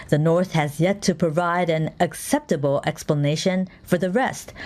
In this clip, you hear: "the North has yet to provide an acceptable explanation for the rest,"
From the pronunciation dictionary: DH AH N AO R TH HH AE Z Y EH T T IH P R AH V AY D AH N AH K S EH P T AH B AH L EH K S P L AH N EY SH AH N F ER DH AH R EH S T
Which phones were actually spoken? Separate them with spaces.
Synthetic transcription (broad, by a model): DH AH N AO R TH HH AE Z Y EH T T IH P R AH V AY D AH N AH K S EH P T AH B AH L EH K S P L AH N EY SH AH N F ER DH AH R EH S T